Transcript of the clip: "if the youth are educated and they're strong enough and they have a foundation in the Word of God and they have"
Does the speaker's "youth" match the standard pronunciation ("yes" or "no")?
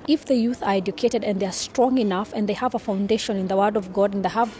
yes